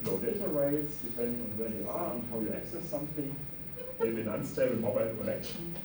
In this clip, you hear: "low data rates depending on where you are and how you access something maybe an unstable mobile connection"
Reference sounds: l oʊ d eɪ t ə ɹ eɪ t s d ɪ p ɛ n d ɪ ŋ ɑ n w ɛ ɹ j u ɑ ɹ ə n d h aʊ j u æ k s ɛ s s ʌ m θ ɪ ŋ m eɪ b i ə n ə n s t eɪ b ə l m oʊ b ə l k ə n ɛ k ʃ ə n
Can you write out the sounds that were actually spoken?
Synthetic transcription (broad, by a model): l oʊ d eɪ t ə ɹ eɪ t s d ɪ p ɛ n d ɪ ŋ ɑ n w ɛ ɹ j u ɑ ɹ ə n h aʊ j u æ k s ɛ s s ʌ m θ ɪ ŋ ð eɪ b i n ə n s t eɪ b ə n m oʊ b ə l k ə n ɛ k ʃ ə n